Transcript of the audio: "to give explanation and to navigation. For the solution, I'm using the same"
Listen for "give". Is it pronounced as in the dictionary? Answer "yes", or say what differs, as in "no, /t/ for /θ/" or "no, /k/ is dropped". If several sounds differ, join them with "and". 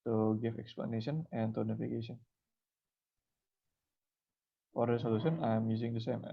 no, /f/ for /v/